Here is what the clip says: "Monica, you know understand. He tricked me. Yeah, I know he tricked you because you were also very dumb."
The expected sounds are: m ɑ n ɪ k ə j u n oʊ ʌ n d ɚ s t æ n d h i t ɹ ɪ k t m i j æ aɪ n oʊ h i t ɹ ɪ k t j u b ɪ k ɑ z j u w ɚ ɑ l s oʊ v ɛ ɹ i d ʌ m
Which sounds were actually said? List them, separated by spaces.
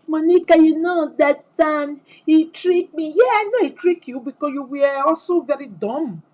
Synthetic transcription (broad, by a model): m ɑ n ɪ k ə j u n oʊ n d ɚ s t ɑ n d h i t ɹ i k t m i j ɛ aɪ n oʊ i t ɹ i k j u b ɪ k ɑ s j u w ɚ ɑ s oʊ v ɛ ɹ i d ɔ m